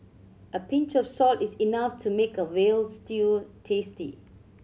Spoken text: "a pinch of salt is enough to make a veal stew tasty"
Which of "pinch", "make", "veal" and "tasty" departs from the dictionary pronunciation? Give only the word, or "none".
veal